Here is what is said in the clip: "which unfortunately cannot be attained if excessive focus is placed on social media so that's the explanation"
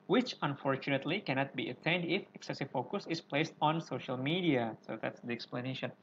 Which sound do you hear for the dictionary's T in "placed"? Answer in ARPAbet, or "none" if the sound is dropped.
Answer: T